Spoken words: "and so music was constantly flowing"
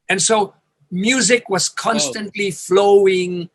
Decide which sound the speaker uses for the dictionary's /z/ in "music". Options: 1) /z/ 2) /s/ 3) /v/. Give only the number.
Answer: 1